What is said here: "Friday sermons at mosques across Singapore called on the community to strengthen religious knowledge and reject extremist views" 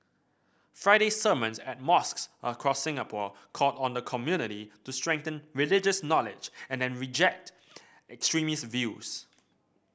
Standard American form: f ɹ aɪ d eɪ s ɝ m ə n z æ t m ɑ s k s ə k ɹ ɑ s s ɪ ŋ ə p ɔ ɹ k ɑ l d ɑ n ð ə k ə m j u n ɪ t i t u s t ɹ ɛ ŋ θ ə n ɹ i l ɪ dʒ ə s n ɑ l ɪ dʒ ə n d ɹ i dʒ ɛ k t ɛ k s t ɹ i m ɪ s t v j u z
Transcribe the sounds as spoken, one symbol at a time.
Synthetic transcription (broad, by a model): f ɹ aɪ d eɪ s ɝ m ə n s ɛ t m ɑ s k s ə k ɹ ɑ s s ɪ ŋ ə p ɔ k ɑ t ɑ n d ə k ə m j u n ɪ t i t u s t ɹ ɛ ŋ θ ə n ɹ i l ɪ dʒ ə s n ɑ l ɪ dʒ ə n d ɹ i dʒ ɛ k t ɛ k s t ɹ i m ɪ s v j u s